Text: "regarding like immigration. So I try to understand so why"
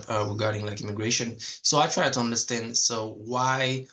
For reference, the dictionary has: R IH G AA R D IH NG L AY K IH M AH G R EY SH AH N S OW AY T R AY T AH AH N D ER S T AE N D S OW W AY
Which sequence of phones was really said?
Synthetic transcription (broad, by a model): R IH G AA R D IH NG L AY K IH M AH G R EY SH AH N S OW AY T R AY T AH AH N D ER S T AE N D S OW W AY